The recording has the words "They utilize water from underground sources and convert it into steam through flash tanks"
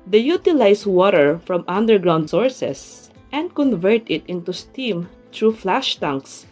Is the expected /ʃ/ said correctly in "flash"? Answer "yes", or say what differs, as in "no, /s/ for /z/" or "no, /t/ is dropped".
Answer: yes